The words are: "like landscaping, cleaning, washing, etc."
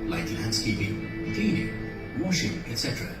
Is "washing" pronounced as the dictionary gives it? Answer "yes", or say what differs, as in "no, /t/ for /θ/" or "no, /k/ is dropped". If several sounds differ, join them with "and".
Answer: yes